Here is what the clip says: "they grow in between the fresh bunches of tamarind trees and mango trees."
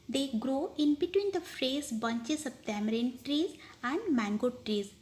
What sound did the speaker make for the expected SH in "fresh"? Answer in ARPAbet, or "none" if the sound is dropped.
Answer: S